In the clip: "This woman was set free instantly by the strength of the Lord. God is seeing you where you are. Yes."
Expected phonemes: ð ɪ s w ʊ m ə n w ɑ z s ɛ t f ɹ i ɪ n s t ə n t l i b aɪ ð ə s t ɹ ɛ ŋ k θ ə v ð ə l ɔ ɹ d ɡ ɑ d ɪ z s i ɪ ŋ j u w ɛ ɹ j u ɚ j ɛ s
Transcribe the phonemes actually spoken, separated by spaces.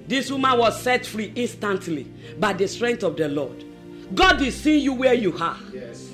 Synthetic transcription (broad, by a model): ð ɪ s w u m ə n w ɑ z s ɛ t f ɹ i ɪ n s t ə n t l i b aɪ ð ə s t ɹ ɛ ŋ k t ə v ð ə l ɔ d ɡ ɑ d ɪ s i j u w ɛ j u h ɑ